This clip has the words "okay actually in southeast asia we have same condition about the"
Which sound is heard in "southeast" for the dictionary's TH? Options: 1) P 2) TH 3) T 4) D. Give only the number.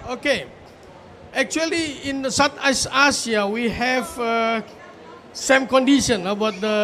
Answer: 3